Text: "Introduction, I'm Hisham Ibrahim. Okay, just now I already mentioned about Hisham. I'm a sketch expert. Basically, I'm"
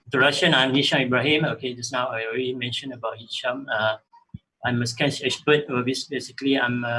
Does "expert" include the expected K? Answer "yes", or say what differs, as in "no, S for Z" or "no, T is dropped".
no, K is dropped